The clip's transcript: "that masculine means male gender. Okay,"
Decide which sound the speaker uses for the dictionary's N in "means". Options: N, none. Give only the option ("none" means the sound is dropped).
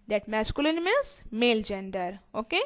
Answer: none